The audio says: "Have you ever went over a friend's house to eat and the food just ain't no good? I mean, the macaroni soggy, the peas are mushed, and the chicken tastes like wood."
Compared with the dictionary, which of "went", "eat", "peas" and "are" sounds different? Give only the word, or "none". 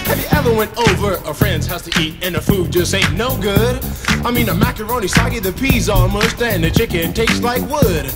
are